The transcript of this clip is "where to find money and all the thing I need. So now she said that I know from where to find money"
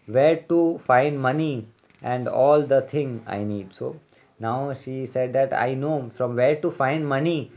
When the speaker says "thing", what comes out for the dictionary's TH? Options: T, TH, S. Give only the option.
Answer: T